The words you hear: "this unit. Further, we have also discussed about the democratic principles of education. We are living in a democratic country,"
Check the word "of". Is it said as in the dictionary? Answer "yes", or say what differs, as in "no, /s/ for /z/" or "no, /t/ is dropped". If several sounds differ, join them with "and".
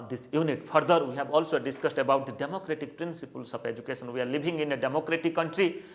no, /p/ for /v/